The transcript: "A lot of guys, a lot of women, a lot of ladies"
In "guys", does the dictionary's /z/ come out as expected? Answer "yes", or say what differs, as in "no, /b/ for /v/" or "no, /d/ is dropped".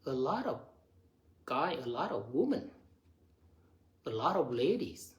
no, /z/ is dropped